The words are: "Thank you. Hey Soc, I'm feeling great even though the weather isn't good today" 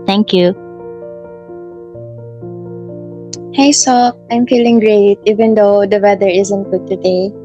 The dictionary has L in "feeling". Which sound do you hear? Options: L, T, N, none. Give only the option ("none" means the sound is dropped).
L